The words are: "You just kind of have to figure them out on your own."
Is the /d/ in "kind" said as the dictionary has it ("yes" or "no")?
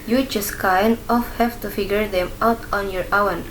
no